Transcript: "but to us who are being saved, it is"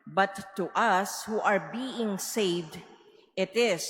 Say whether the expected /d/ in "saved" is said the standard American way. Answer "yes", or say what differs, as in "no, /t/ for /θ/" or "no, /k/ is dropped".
yes